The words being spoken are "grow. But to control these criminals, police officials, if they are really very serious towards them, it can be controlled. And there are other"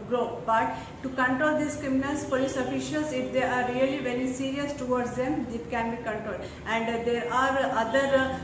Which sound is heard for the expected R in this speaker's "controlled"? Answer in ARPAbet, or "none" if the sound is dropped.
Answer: R